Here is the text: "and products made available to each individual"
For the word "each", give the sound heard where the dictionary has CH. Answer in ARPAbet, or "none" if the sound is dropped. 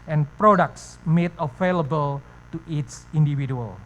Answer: S